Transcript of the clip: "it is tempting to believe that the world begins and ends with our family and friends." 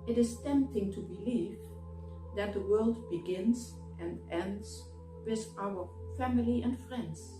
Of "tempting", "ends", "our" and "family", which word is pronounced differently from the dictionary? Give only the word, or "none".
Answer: none